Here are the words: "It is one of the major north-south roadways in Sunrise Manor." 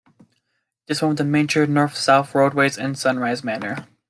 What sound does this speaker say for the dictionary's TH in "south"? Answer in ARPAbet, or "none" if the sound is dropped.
TH